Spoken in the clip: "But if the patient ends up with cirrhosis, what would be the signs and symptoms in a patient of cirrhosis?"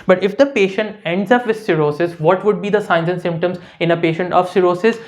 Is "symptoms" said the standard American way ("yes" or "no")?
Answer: yes